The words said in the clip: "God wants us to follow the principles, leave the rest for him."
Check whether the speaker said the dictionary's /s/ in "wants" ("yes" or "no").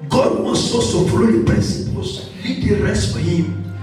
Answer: no